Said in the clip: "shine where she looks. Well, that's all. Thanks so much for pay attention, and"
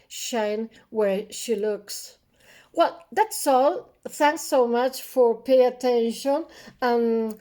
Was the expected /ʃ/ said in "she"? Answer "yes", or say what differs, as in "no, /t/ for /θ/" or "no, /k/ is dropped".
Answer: yes